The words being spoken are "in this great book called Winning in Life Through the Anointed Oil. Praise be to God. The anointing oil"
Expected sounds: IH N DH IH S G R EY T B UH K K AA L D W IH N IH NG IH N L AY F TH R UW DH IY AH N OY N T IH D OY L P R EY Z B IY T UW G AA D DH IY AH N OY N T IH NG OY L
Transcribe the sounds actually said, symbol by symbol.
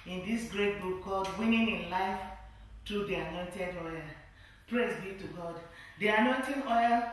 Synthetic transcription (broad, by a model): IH N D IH S G R EY T B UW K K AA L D W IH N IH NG IH N L AY F T R UW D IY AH N OY N T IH D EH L P R EY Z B IY T UW G AA D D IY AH N OY N T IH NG OY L